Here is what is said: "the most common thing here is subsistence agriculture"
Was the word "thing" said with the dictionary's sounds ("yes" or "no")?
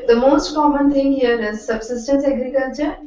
no